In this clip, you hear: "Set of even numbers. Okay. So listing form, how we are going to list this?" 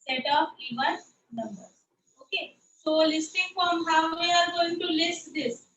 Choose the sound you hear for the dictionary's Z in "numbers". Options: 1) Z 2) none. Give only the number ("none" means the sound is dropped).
2